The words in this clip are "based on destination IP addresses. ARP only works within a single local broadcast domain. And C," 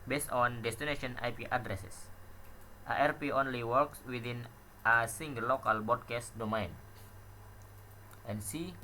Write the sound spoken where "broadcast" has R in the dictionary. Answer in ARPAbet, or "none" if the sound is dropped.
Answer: none